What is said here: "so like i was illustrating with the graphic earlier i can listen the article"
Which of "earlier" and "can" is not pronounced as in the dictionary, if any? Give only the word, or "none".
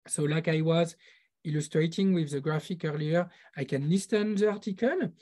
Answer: none